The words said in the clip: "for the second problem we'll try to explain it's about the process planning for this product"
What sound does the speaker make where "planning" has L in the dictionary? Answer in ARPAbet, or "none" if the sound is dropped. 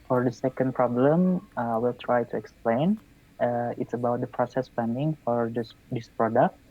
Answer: none